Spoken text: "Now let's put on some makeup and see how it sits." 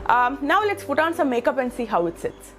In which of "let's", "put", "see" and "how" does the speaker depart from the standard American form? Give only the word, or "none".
put